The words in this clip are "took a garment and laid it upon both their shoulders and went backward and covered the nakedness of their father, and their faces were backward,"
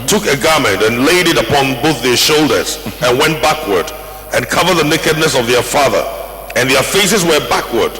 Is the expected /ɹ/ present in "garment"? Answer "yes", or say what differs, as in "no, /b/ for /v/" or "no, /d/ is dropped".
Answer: yes